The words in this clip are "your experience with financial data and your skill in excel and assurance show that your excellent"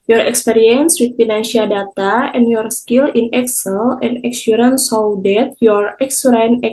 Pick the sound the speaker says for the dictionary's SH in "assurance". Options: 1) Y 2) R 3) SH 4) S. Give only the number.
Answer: 4